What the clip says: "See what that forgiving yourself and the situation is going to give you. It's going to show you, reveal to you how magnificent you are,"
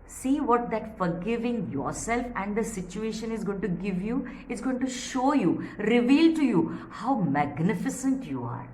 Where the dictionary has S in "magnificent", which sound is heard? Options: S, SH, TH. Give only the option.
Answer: S